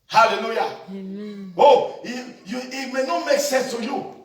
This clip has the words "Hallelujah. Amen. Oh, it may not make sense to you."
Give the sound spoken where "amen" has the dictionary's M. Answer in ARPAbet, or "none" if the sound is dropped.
none